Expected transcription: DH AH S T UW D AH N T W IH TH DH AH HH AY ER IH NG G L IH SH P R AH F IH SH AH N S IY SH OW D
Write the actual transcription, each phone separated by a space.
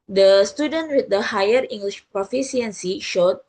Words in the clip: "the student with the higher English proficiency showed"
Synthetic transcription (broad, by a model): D AH S T UW D AH N T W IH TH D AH HH AY ER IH NG G L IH SH P R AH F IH S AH N S IY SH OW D